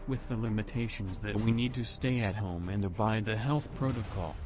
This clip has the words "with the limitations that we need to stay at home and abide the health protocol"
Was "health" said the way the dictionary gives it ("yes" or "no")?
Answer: yes